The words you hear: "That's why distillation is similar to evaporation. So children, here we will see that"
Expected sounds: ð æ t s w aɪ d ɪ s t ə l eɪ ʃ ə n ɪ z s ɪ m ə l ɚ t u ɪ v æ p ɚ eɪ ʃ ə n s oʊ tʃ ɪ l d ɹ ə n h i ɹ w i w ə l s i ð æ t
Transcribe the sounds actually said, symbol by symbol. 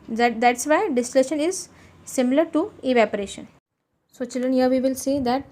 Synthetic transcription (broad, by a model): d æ t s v aɪ d ɪ s t ə l eɪ ʃ ə n ɪ z s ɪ m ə l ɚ t u ɪ v æ p ɚ eɪ ʃ ə n s oʊ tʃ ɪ l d ə n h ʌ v i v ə l s i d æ t